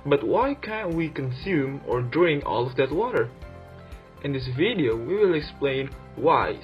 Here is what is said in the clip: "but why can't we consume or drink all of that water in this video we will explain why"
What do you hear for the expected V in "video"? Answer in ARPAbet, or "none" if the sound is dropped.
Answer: V